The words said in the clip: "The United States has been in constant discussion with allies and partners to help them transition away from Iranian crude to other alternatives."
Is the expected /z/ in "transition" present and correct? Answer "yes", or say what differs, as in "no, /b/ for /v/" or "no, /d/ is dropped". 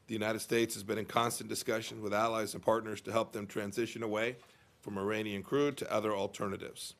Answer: yes